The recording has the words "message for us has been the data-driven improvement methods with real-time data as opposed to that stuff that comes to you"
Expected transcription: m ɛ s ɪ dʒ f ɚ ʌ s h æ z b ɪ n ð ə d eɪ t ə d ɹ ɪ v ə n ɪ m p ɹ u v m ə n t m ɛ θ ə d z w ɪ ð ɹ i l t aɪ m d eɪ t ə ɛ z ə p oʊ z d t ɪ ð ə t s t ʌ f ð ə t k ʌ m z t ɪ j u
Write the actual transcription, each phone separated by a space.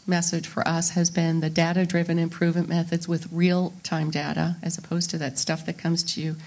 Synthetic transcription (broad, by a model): m ɛ s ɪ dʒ f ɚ ʌ s h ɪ z b ɪ n ð ə d eɪ t ə d ɹ ɪ v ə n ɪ m p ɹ u v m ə n m ɛ θ ə d z w ɪ ð ɹ i l t aɪ m d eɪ t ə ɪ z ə p oʊ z t ɪ ð ə t s t ʌ f ð ə t k ʌ m z t ɪ j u